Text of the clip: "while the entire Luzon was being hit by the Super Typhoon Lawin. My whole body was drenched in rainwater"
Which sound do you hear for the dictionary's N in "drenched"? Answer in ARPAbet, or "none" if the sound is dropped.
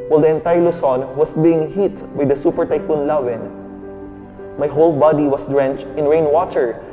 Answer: N